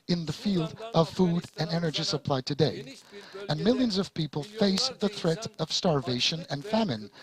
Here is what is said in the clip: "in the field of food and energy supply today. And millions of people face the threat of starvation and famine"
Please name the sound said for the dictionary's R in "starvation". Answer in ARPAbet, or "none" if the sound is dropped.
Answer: R